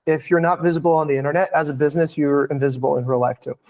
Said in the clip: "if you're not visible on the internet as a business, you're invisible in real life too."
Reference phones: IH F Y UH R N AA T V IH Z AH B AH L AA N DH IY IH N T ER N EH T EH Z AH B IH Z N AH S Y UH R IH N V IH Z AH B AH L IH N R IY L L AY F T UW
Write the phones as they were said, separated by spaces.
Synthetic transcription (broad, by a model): IH F Y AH R N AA T V IH Z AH B L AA N DH IY IH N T ER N EH T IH Z AH B IH Z N AH S Y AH R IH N V IH Z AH B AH L IH N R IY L L AY F T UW